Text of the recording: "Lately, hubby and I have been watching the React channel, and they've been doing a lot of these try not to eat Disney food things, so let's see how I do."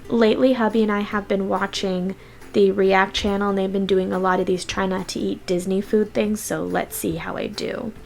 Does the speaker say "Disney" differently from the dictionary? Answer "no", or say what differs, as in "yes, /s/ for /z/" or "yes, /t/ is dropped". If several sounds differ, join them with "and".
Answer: no